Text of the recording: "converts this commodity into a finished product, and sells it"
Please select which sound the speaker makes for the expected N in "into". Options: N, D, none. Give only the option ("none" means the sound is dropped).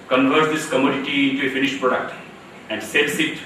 N